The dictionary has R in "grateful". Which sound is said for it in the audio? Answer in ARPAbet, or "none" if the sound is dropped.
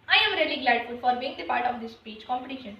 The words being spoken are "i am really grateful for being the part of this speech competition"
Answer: L